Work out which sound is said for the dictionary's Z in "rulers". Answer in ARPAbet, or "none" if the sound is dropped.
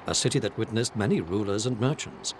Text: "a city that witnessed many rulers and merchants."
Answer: Z